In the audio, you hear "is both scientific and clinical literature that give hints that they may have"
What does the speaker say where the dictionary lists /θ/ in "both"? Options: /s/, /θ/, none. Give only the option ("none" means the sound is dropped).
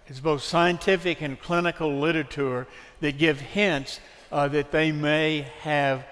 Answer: /θ/